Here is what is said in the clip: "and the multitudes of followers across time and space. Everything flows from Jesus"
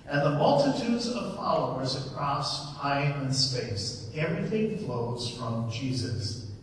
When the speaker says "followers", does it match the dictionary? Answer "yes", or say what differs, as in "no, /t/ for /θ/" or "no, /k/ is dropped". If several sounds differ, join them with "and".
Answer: yes